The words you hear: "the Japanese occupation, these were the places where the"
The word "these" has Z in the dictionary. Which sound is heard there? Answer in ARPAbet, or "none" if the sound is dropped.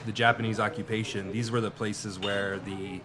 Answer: Z